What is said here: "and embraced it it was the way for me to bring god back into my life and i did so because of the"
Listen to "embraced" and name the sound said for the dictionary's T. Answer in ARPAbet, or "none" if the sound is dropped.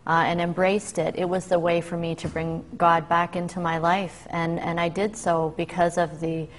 T